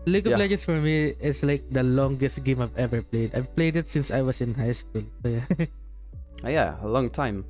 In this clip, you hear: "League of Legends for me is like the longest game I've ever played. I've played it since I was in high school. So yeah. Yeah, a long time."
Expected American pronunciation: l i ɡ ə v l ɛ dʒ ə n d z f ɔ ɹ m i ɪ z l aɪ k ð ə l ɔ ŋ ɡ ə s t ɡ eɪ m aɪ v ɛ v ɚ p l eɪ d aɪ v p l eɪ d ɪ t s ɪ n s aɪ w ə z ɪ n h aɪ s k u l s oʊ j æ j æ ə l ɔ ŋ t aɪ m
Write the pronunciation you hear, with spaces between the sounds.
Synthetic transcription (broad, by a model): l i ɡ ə p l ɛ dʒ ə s f ɔ ɹ m i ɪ s l aɪ k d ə l ɔ ŋ ɡ ə s t ɡ eɪ m aɪ v ɛ v ɚ p l eɪ d aɪ v p l eɪ d ɪ t s ɪ n s aɪ w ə s ɪ n h aɪ s k u l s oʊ j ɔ j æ ə l ɔ ŋ t aɪ m